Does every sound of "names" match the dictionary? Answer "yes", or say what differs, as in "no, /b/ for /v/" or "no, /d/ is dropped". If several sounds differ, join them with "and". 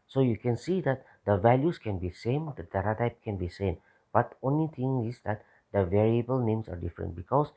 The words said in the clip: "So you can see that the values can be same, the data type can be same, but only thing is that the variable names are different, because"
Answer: no, /s/ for /z/